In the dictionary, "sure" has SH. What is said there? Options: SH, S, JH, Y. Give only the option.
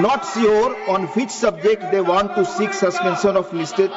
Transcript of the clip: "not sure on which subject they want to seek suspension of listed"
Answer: S